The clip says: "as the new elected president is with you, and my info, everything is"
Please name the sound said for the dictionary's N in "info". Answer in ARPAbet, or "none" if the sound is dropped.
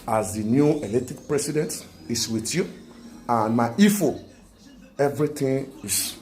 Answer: none